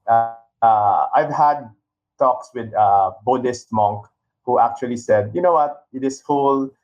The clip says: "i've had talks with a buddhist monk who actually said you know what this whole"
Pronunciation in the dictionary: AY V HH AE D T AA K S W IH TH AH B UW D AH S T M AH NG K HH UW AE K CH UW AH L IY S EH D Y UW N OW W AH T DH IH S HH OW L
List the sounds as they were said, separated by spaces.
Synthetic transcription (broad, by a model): AY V HH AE D T AA K S W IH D AH B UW D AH S T M AH NG K HH UW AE K CH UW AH L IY S EH D Y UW N OW W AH T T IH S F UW L